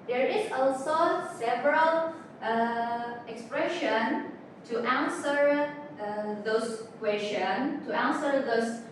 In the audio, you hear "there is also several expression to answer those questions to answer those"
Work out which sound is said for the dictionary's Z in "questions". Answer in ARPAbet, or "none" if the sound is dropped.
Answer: none